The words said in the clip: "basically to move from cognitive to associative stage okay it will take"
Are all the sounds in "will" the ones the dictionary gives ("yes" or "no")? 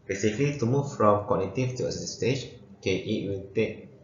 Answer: no